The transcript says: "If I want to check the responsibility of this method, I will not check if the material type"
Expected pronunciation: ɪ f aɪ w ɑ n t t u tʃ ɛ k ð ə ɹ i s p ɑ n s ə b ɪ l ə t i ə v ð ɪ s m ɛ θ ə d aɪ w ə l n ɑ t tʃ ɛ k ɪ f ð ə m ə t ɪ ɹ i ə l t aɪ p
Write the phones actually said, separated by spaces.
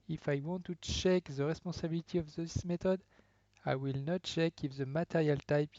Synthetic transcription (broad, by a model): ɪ f aɪ w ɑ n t t u tʃ ɛ k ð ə ɹ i s p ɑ s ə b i l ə t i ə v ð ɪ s m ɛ t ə d aɪ w ə l n ɑ t tʃ ɛ k ɪ f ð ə m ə t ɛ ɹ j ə l t aɪ p